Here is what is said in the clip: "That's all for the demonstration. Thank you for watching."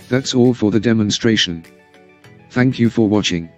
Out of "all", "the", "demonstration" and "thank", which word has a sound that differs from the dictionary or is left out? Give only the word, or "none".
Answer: none